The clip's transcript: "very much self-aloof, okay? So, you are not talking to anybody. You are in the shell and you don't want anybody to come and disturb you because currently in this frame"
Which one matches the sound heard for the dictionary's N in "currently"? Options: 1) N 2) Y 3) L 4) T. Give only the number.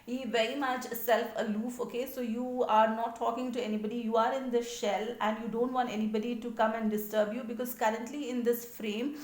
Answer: 1